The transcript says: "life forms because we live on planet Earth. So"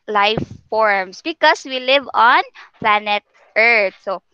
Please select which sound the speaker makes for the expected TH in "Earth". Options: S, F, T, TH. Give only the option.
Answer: T